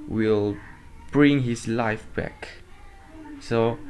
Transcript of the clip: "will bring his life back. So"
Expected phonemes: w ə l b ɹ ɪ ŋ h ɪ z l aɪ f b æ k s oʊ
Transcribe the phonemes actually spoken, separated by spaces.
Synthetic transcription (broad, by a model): w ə l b ɹ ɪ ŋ h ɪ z l aɪ f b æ k s oʊ